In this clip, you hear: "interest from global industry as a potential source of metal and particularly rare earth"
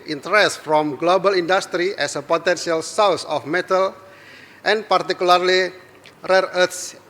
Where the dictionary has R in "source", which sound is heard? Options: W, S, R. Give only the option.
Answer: W